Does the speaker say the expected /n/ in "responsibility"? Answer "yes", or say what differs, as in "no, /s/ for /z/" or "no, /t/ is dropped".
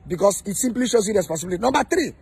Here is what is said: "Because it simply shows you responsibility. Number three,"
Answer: no, /n/ is dropped